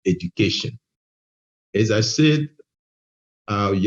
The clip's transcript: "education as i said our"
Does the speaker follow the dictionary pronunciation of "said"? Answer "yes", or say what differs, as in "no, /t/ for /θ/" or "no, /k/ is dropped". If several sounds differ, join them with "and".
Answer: yes